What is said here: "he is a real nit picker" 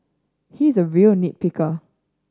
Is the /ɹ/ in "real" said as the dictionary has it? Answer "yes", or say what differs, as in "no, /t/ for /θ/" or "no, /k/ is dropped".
yes